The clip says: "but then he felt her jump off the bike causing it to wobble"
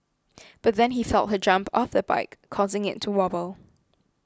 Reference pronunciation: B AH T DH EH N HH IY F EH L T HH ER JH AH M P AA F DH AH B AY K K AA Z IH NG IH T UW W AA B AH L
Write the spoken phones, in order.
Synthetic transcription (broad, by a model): B AH T DH EH N HH IY F EH L T HH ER JH AH M P AA F DH AH B AY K K AA Z IH NG IH T UW W AA B AH L